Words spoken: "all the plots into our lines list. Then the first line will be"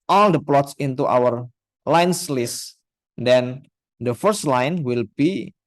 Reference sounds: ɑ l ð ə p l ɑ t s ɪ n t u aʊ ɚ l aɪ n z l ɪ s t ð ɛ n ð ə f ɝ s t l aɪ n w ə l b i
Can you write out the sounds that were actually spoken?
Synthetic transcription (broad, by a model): ɑ l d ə p l ɑ t s ɪ n t u aʊ ɚ l aɪ n s l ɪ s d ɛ n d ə f ɝ s t l aɪ n w ə l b i